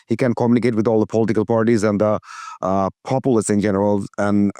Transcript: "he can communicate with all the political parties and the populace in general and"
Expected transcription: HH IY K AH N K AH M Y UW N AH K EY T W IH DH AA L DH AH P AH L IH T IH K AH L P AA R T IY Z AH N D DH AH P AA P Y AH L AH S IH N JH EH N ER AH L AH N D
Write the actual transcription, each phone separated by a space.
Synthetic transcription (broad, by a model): HH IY K AH N K AH M Y UW N AH K EY T W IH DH AA L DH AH P AH L IH T IH K AH L P AA R T IY Z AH N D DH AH P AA P Y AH L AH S IH N JH EH N ER AH L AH N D